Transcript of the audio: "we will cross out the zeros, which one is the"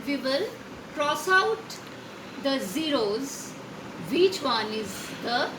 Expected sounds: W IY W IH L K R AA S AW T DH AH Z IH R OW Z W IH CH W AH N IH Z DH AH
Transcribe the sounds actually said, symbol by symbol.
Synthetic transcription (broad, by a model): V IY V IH L K R AA S AW T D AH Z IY R OW Z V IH CH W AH N IH Z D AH